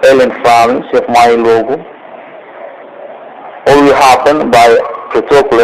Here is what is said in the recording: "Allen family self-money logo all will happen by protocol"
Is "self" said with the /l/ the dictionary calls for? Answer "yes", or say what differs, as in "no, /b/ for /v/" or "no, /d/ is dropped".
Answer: no, /l/ is dropped